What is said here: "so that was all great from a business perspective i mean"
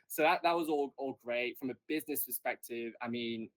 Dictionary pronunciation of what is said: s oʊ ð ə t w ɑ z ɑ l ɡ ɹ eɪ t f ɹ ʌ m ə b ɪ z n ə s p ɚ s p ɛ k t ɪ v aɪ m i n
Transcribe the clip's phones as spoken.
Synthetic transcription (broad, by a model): s oʊ ð ə t w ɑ z ɑ l ɡ ɹ eɪ t f ɹ ʌ m ə b ɪ z n ə s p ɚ s p ɛ k t ɪ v aɪ m i n